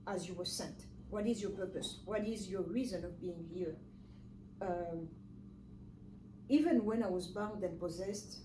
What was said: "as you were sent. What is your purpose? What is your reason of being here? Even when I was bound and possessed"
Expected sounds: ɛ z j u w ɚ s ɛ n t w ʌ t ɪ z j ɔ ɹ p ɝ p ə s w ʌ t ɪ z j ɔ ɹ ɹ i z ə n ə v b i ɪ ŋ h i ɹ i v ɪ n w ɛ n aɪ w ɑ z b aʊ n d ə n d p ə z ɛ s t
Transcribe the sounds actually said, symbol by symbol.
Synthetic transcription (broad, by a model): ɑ z j u w ɚ s ɛ n t w ʌ t ɪ z j ɔ ɹ p ɝ p ə s w ʌ t ɪ z j ɔ ɹ ɹ i z ə n ə v b i ɪ ŋ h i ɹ i v ɪ n w ɛ n aɪ w ɑ z b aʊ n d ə n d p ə z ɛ s t